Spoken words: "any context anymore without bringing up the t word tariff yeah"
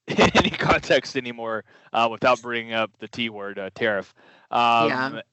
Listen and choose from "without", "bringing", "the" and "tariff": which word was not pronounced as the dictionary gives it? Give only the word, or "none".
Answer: none